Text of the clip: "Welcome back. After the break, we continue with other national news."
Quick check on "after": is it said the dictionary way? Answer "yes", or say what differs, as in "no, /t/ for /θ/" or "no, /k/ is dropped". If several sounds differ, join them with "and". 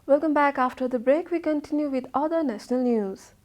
yes